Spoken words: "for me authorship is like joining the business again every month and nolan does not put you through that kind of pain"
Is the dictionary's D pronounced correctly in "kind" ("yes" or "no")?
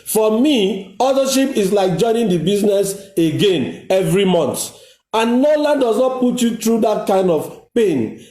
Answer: yes